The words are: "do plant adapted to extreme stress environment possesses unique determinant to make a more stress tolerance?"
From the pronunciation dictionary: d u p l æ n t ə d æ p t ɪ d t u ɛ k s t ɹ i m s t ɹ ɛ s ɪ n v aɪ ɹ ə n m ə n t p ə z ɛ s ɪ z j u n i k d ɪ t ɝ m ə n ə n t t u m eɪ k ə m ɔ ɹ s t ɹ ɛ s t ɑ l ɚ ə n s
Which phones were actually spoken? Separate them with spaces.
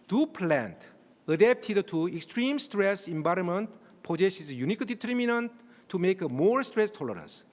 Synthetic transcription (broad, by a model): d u p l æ n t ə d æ p t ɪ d t u ɛ k s t ɹ i m s t ɹ ɛ s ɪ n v aɪ ɹ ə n m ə n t p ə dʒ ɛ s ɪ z j u n i k d ɪ t ɝ m ə n ə n t t u m eɪ k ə m ɔ ɹ s t ɹ ɛ s t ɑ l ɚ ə n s